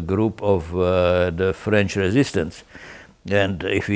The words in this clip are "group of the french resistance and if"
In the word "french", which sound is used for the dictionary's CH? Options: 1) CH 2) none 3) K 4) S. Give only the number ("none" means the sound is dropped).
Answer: 1